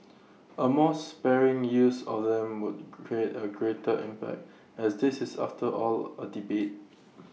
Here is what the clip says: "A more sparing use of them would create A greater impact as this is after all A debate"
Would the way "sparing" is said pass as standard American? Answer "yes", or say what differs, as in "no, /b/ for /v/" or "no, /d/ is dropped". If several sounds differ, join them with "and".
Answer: yes